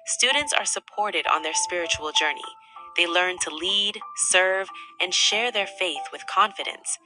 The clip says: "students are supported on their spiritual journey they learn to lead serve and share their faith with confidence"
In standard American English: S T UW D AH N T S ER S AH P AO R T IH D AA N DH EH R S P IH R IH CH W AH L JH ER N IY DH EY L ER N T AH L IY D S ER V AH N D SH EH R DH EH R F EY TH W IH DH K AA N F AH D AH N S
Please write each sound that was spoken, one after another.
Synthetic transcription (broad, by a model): S T UW D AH N T S ER S AH P AO R T IH D N DH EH R S P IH R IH CH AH L JH ER N IY DH EY L ER N T AH L IY D S ER V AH N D SH EH R DH EH R F EY TH W IH DH K AA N F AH D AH N S